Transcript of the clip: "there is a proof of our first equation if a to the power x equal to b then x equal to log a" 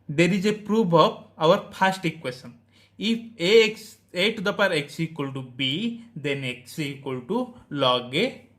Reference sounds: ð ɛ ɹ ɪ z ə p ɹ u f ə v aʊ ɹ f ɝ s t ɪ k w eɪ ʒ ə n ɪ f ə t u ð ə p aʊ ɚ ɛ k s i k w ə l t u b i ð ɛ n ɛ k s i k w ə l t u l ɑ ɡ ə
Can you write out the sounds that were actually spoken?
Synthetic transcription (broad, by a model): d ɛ ɹ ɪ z ə p ɹ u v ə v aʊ ɹ p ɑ s t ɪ k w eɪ s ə n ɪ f ə t u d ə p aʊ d ɛ k s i k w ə l t u b i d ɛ n ɛ k s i k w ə l t u l ɑ ɡ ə